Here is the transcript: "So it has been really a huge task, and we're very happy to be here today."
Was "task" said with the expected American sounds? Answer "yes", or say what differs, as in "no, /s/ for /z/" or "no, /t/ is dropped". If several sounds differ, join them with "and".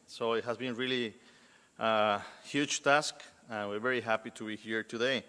yes